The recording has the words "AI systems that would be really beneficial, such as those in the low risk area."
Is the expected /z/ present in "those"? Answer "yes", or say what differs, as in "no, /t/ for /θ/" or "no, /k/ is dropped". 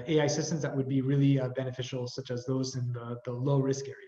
yes